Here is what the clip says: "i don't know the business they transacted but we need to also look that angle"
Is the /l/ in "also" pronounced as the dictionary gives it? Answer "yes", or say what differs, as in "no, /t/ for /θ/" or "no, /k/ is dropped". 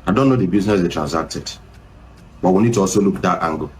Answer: no, /l/ is dropped